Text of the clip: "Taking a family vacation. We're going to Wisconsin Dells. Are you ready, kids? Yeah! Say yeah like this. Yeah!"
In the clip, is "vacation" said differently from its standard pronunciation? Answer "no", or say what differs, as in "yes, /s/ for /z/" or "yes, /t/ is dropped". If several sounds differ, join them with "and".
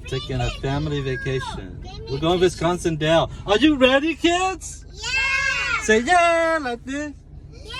no